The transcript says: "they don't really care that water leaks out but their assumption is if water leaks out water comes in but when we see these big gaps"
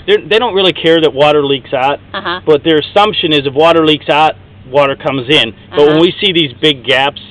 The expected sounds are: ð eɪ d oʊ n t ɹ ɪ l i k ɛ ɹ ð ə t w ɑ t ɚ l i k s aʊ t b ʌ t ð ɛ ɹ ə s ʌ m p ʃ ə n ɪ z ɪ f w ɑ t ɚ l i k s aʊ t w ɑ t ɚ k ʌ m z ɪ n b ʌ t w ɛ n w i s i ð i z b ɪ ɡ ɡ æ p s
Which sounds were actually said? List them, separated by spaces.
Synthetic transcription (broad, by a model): ð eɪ d oʊ n t ɹ ɪ l i k ɛ ɹ ð ə t w ɑ t ɚ l i k s aʊ t b ʌ t ð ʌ ɹ ə s ʌ m p ʃ ə n ɪ z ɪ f w ɑ t ɚ l i k s aʊ t w ɑ t ɚ k ʌ m z ɪ n b ʌ t w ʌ n w i s i ð i z b ɪ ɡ ɡ æ p s